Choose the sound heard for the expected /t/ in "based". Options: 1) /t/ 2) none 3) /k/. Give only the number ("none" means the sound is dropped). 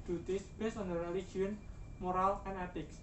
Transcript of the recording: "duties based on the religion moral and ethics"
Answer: 2